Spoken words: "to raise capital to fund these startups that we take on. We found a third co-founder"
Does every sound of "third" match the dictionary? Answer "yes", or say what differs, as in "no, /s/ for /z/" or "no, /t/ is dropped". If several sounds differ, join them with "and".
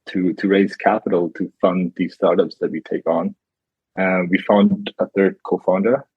yes